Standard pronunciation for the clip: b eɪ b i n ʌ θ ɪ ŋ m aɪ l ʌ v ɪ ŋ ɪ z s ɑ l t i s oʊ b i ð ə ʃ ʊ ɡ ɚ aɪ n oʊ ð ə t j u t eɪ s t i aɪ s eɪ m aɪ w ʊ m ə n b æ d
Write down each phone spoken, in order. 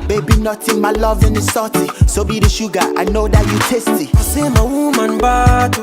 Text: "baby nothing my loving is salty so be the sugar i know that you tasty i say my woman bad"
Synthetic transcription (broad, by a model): b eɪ b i n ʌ t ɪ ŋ m aɪ l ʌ v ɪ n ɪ s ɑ t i s oʊ b i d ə ʃ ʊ ɡ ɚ aɪ n oʊ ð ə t j u t eɪ s t i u s eɪ m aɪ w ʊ m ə n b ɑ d